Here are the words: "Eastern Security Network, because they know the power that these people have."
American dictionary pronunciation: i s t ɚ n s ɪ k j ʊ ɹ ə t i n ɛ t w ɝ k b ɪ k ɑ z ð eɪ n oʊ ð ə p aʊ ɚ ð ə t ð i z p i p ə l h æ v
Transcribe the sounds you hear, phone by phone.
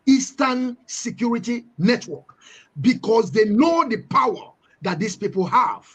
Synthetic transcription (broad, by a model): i s t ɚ n s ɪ k j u ɹ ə t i n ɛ t w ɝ k b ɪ k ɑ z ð eɪ n oʊ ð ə p aʊ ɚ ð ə t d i s p i p ə l h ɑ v